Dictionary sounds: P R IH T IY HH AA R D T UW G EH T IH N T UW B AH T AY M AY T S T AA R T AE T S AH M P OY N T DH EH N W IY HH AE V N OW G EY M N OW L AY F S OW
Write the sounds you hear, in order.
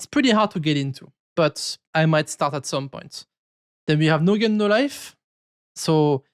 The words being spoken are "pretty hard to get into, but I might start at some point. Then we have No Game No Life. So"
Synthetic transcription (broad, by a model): P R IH T IY HH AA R D T UW G EH T IH N T UW B AH T AY M AY T S T AA R T AE T S AH M P OY N T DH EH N W IY HH AE V N OW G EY N OW L AY F S OW